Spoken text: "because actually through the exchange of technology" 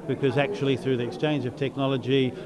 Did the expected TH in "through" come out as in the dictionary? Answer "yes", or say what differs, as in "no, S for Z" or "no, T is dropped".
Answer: yes